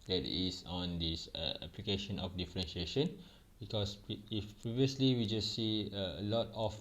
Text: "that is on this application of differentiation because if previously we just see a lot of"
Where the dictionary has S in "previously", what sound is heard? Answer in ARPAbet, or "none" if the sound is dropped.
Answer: S